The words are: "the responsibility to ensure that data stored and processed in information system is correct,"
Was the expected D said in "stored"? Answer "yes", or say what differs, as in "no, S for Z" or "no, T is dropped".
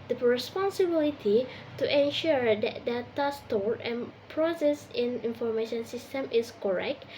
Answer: no, D is dropped